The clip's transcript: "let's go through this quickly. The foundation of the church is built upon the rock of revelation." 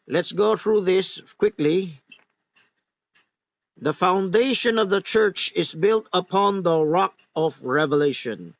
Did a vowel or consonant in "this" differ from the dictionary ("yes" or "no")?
no